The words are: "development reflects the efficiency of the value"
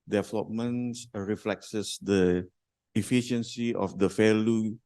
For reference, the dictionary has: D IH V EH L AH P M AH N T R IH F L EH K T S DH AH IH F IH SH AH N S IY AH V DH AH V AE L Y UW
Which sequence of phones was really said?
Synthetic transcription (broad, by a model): D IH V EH L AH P M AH N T R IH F L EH K S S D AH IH F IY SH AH N S IY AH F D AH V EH L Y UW